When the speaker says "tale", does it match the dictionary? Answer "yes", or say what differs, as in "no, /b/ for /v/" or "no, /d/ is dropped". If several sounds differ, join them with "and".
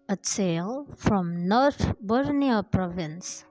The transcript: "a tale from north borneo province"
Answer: no, /s/ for /t/